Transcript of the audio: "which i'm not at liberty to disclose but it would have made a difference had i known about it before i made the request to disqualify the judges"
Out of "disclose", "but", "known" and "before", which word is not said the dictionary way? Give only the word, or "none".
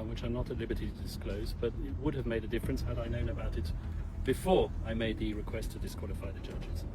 none